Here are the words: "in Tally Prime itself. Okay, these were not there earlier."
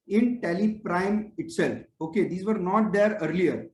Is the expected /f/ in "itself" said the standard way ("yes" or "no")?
yes